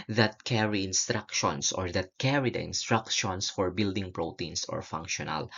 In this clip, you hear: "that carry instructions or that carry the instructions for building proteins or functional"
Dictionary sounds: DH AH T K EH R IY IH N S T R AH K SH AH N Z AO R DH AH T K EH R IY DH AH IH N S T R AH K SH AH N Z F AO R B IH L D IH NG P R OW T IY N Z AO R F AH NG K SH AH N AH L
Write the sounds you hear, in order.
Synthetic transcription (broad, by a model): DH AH T K EH R IY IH N S T R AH K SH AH N S AO R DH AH T K EH R IY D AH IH N S T R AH K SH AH N S F AO R B IH L D IH NG P R OW T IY N S AO R F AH NG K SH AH N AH L